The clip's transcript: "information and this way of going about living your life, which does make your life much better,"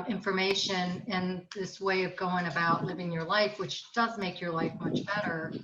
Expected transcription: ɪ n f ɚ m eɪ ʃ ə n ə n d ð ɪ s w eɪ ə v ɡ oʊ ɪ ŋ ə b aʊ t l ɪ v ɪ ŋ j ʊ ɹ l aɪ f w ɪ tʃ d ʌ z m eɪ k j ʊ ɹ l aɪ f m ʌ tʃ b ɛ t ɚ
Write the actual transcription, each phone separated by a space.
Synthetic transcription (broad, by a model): ɪ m f ɚ m eɪ ʃ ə n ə n ð ɪ s w eɪ ə v ɡ oʊ ɪ ŋ ə b aʊ t l ɪ v ɪ ŋ j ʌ ɹ l aɪ f w ɪ tʃ d ʌ z m eɪ k j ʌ ɹ l aɪ f m ʌ tʃ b ɛ t ɚ